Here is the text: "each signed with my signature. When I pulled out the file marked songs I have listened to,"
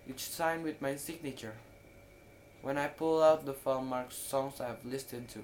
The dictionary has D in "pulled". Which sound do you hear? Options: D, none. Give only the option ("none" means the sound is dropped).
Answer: none